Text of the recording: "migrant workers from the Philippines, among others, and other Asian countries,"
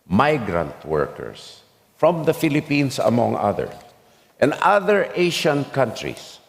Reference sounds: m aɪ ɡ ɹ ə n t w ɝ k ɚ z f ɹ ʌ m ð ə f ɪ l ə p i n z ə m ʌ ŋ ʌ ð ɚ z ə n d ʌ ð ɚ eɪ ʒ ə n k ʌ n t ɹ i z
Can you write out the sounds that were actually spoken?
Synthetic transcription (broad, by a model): m aɪ ɡ ɹ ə n t w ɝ k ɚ s f ɹ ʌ m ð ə f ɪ l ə p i n s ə m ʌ ŋ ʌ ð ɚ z ə n d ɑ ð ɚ eɪ ʃ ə n k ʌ n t ɹ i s